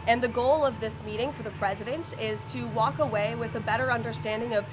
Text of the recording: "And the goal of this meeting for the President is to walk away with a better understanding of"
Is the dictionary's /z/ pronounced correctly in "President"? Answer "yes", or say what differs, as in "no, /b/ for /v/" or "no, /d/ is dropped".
yes